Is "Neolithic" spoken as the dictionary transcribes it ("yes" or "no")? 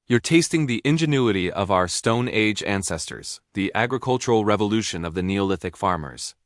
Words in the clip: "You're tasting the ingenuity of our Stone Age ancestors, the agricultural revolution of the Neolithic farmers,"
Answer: yes